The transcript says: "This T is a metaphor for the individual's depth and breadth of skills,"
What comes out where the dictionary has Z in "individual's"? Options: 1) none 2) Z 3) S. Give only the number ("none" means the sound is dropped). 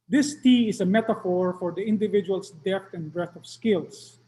3